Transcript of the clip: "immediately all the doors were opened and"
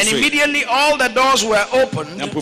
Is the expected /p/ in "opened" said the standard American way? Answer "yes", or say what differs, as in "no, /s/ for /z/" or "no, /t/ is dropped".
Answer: no, /p/ is dropped